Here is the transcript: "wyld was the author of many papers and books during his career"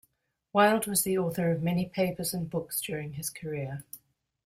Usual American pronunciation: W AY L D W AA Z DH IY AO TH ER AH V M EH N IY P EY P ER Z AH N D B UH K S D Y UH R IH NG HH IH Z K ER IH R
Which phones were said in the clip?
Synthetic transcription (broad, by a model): W AY L D W AA Z DH IY AO TH ER AH V M EH N IY P EY P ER Z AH N B UH K S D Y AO R IH NG IH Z K ER IH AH